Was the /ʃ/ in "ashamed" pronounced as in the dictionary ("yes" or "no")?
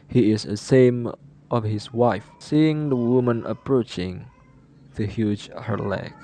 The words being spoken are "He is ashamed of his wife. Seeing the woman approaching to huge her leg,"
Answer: no